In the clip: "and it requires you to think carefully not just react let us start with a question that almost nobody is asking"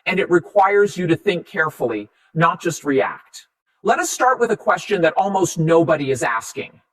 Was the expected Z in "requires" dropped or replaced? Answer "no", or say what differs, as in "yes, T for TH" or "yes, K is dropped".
no